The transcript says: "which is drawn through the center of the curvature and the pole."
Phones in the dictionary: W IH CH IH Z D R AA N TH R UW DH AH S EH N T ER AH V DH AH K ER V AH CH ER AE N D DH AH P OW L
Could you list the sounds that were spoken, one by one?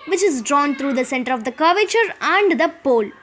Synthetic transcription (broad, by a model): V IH CH IH Z D R AA N T R UW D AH S EH N T ER AH V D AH K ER V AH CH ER AE N D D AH P OW L